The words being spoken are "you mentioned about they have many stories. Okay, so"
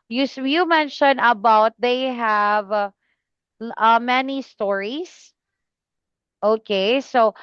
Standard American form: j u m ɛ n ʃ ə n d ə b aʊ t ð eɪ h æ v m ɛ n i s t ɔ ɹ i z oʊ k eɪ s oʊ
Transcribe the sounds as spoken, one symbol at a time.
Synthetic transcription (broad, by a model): j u m ɛ n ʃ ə n ə b aʊ t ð eɪ h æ v m ɛ n i s t ɔ ɹ i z oʊ k eɪ s oʊ